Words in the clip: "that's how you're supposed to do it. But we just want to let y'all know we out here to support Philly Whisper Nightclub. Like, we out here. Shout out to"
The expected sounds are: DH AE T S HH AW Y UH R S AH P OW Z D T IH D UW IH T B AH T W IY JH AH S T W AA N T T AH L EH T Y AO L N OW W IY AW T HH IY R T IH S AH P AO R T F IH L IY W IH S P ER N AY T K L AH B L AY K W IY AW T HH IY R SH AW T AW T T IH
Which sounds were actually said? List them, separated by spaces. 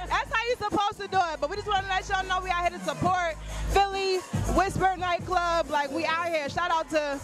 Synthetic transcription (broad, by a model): DH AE T S HH AW Y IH S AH P OW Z T IH D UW IH T B AH T W IY JH AH S T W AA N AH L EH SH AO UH N OW W IY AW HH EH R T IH S AH P AO R T F IH L IY W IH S B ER N AY T K L AH B L AY K W IY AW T HH IY R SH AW T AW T T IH